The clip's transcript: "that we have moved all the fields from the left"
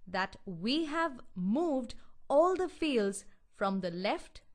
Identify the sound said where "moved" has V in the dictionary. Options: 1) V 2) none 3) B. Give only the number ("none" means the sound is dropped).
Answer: 1